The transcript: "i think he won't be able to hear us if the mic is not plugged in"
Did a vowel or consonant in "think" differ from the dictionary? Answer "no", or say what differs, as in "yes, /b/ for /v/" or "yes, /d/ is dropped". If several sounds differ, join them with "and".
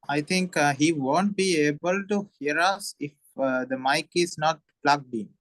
yes, /t/ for /θ/